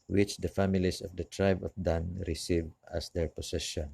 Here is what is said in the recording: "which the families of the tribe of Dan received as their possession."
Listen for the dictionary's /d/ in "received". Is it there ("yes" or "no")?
no